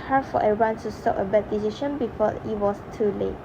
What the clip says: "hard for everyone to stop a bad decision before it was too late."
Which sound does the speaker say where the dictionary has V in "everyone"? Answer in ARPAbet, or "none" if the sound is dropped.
none